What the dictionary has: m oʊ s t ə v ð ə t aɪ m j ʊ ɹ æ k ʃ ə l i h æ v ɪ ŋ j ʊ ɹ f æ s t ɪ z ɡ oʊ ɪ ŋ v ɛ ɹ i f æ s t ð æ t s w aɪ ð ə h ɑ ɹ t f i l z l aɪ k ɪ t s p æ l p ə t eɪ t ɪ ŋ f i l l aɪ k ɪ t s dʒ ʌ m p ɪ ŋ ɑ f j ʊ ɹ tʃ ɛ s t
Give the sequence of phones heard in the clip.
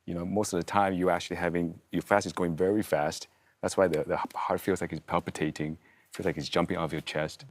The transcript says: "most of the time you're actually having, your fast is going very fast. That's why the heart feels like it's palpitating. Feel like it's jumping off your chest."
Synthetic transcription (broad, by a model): m oʊ s t ə v ð ə t aɪ m j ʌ ɹ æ k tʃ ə l i h æ v ɪ ŋ j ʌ ɹ f æ s t ɪ z ɡ oʊ ɪ ŋ v ɛ ɹ i f æ s t ð æ t s w aɪ ð ə h ɑ ɹ t f i l z l aɪ k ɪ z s p æ l p ə t eɪ t ɪ ŋ f i l l aɪ k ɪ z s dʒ ʌ m p ɪ ŋ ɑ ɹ j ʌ ɹ tʃ ɛ s t